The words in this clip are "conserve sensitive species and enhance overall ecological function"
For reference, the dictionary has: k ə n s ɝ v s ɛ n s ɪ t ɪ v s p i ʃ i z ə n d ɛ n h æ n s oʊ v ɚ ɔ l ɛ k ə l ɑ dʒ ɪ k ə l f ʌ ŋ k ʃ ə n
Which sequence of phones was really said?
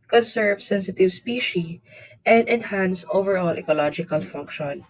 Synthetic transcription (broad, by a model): k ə n s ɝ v s ɛ n s ɪ t ɪ v s p i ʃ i ə n d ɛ n h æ n s oʊ v ɚ ɔ l ɛ k ə l ɑ dʒ ɪ k ə l f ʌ ŋ k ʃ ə n